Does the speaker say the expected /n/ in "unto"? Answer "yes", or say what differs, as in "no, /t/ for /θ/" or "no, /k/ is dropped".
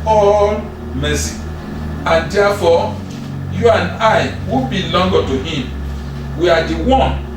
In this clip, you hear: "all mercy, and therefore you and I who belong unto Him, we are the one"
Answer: no, /n/ is dropped